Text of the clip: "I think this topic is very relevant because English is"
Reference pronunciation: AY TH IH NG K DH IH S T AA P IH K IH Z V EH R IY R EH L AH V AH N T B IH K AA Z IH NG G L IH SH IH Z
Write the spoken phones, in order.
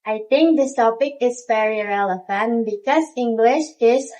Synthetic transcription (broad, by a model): AY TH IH NG K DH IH S T AA P IH K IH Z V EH R IY R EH L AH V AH N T B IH K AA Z IH NG G L IH SH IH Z